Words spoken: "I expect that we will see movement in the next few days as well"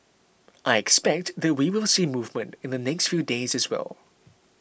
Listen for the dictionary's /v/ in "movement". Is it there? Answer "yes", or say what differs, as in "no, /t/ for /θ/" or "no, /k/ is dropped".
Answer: yes